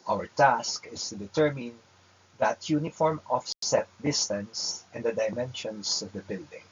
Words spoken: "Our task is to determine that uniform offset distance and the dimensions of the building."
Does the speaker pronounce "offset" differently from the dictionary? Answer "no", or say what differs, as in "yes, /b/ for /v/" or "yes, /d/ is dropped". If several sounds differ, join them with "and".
no